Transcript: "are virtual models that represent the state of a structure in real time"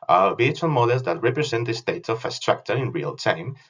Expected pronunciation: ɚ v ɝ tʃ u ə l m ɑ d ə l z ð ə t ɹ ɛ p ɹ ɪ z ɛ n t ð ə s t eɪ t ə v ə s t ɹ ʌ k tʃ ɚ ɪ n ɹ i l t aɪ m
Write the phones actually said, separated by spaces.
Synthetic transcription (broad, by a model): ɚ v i u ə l m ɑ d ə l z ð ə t ɹ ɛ p ɹ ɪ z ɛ n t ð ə s t eɪ t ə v ə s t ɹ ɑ k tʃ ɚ ɪ n ɹ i l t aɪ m